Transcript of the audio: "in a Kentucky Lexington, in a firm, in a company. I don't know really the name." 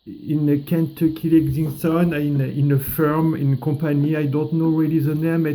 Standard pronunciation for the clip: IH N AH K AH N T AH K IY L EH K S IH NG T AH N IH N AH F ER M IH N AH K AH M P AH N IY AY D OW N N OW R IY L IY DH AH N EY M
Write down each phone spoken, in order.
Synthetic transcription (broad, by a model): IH N AH K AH N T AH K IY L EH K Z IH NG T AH N IH N AH F ER M IH N K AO P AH N IY AY D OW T N OW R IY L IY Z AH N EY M